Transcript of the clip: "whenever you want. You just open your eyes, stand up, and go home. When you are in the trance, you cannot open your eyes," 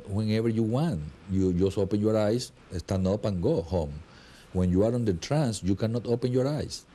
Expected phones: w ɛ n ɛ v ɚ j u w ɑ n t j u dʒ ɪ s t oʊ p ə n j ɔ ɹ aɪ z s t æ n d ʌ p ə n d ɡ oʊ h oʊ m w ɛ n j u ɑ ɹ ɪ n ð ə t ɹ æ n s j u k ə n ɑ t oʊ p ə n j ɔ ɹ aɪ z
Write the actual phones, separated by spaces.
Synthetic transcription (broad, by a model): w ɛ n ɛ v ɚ j u w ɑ n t j u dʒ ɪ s oʊ p ə n j ɔ ɹ aɪ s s t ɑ n ɔ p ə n ɡ oʊ h oʊ m w ɛ n j u ɑ ɹ ɪ n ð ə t ɹ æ n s j u k ə n ɑ t oʊ p ə n j ɔ ɹ aɪ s